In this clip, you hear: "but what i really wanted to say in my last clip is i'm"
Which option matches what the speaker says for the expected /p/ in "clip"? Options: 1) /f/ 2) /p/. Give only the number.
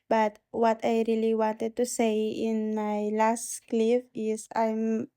1